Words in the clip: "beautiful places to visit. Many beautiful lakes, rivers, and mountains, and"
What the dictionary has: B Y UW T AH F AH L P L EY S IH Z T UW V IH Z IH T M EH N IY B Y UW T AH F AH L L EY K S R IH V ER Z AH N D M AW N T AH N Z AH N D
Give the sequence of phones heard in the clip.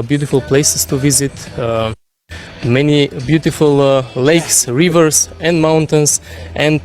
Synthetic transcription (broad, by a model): B Y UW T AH F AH L P L EY S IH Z T UW V IH Z IH T M EH N IY B Y UW T AH F AH L L EY K S R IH V ER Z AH N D M AW N T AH N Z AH N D